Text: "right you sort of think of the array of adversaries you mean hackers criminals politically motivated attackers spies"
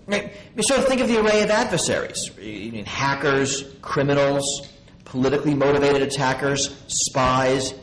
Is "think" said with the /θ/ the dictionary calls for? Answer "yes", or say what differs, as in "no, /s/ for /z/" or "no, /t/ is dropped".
yes